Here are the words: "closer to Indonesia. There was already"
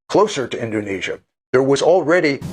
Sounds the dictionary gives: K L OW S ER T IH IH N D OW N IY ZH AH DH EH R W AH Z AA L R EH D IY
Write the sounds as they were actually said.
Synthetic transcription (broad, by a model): K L OW S ER T IH IH N D OW N IY ZH AH DH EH R W AH Z L R EH D IY